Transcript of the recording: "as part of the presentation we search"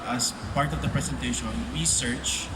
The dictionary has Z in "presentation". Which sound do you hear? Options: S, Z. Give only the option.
S